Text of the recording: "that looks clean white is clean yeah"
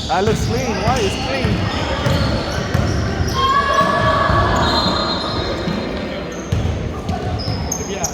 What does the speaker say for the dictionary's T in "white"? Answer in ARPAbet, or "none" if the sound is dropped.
none